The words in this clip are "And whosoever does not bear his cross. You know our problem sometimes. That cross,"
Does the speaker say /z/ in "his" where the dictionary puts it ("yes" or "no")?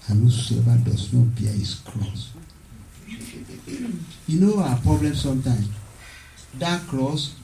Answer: no